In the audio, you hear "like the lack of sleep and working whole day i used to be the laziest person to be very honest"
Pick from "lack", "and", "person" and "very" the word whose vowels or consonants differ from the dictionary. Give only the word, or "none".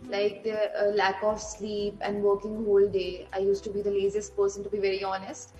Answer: none